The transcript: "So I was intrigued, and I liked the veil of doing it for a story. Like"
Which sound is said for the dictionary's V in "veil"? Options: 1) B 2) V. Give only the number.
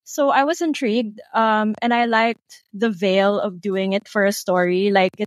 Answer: 2